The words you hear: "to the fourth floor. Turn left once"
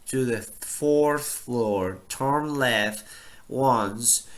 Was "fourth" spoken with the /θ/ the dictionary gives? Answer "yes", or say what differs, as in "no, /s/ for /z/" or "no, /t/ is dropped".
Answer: yes